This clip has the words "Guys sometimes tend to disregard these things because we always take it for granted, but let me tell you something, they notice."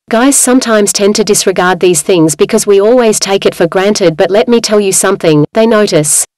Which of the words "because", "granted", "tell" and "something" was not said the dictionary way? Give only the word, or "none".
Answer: none